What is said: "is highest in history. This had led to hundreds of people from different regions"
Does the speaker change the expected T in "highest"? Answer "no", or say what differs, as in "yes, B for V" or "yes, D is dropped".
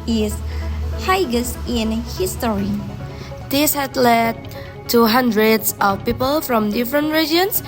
yes, T is dropped